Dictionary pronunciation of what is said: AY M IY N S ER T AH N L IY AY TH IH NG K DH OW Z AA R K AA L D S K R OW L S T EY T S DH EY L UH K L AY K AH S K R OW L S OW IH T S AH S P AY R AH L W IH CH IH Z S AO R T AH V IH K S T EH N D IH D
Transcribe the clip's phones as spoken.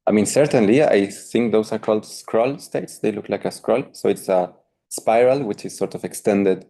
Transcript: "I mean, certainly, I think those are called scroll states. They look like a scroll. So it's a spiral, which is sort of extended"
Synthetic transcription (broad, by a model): AY M IY N S ER T AH N L IY AY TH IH NG K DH OW S AA R K AA L D S K R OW L S T EY T S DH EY L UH K L AY K AH S K R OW L S OW IH T S AH S P AY R AH L W IH CH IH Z S AO R T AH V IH K S T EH N D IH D